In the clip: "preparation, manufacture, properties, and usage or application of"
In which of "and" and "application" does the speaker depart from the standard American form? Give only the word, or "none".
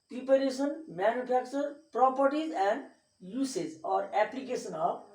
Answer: application